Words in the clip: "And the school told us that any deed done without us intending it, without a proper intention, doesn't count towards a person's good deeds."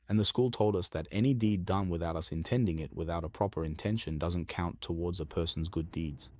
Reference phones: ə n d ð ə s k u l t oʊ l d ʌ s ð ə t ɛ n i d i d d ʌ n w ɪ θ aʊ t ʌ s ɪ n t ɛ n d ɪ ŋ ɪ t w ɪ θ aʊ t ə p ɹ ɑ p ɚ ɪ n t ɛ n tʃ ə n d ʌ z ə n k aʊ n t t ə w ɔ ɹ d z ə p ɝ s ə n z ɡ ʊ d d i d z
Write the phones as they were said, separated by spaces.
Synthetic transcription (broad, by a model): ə n ð ə s k u l t oʊ l d ʌ s ð ə t ɛ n i d i d d ʌ n w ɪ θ aʊ t ʌ s ɪ n t ɛ n d ɪ ŋ ɪ t w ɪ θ aʊ t ə p ɹ ɑ p ɚ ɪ n t ɛ n ʃ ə n d ʌ z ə n k aʊ n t t ə w ɔ ɹ d z ə p ɝ s n z ɡ ʊ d d i d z